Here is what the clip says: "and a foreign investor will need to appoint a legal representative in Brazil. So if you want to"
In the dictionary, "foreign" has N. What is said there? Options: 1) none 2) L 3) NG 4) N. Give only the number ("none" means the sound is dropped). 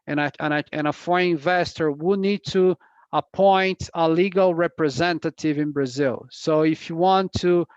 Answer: 1